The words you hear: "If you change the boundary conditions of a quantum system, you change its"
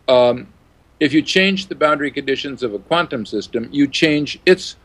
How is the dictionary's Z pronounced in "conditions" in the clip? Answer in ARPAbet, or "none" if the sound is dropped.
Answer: Z